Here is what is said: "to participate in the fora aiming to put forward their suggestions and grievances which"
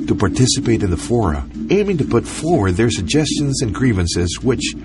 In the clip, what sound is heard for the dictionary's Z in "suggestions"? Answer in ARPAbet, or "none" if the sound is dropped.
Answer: Z